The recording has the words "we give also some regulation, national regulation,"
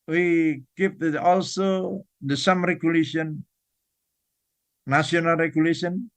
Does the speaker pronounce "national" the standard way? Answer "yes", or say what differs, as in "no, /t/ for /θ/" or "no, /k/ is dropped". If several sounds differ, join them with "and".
no, /ʃ/ is dropped